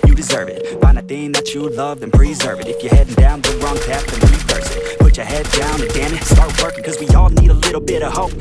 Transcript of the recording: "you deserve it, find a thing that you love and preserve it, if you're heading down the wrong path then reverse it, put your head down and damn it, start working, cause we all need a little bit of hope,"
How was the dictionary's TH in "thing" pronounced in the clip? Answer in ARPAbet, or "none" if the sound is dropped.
TH